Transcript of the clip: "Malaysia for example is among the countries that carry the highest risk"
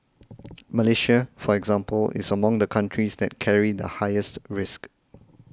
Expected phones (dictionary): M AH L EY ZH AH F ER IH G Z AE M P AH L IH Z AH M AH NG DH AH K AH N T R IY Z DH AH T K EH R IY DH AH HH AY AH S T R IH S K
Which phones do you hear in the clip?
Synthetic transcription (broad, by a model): M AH L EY SH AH F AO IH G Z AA M P AH L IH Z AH M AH NG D AH K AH N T R IY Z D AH T K EH R IY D AH HH AY AH S T R IH S K